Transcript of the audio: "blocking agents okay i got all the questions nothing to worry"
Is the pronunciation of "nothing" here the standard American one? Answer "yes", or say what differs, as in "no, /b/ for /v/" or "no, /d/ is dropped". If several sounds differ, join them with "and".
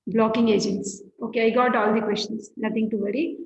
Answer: no, /t/ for /θ/